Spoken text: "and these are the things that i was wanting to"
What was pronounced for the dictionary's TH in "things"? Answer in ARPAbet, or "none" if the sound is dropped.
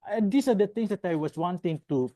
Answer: T